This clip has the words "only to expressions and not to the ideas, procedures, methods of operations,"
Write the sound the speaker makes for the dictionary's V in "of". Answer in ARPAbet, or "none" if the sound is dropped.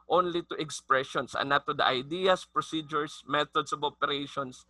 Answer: B